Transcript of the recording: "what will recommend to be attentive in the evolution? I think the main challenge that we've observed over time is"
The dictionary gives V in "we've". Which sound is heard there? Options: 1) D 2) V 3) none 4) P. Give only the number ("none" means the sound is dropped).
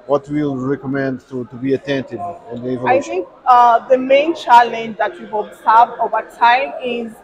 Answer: 3